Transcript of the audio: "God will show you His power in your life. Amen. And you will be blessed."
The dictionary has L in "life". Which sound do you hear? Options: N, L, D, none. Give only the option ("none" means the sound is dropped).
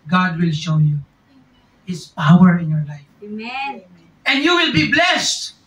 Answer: L